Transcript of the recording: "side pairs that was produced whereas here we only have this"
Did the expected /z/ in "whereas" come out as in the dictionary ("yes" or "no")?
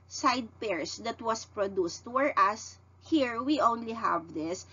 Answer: no